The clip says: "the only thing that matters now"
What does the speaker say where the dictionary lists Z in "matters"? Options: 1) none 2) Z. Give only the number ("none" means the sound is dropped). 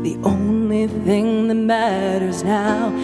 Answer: 2